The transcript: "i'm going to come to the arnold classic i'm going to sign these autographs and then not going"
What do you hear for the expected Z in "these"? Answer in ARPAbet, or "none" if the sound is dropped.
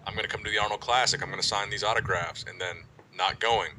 Z